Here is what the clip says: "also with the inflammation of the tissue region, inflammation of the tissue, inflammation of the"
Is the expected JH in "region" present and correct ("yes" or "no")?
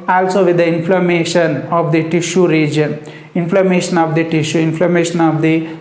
yes